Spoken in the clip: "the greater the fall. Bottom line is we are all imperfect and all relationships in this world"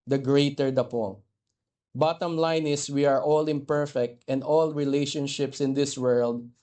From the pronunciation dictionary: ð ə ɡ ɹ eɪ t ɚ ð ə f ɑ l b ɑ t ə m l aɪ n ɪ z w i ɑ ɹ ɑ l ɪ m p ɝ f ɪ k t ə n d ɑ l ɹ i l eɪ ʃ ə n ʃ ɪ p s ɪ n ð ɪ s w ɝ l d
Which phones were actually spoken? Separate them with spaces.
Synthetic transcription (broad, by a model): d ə ɡ ɹ eɪ t ɚ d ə p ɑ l b ɑ t ə m l aɪ n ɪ s w i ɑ ɹ ɑ l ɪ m p ɝ f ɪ k t ə n d ɑ l ɹ i l eɪ ʃ ə n ʃ ɪ p s ɪ n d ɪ s w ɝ l d